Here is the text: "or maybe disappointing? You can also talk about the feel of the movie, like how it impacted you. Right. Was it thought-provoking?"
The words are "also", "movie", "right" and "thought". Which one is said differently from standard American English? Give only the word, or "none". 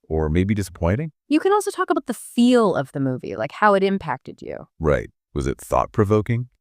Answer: none